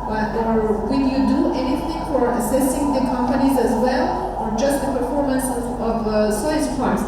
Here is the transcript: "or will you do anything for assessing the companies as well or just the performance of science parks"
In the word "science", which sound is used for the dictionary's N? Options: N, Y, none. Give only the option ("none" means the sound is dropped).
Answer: none